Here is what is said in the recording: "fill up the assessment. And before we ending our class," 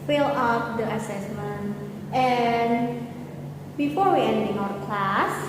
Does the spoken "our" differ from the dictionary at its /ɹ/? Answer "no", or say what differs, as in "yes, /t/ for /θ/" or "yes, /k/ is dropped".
yes, /w/ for /ɹ/